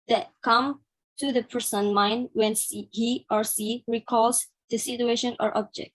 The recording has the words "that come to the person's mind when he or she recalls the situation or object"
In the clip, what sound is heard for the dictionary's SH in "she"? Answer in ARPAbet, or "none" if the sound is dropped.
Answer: S